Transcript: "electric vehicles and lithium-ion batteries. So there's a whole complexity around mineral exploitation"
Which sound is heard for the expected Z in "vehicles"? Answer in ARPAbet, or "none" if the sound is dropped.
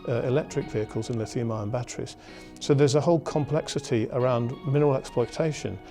Z